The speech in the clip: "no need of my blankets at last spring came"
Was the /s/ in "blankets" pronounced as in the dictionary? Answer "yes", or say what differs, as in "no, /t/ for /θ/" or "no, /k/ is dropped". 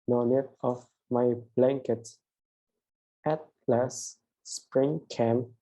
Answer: no, /s/ is dropped